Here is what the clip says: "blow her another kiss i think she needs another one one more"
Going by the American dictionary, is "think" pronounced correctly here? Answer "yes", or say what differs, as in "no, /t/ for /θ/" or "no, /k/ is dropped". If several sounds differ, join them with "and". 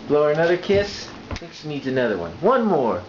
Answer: no, /ŋ/ is dropped